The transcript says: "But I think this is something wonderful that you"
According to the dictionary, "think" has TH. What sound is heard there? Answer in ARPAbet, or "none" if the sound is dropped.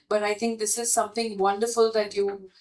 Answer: T